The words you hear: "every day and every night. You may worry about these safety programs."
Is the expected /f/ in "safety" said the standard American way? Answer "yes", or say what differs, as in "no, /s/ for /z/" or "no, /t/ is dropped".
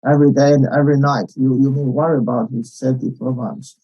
no, /f/ is dropped